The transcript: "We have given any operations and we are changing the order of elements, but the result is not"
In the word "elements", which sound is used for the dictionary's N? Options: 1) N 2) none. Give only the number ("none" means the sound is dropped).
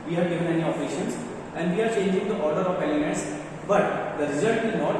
2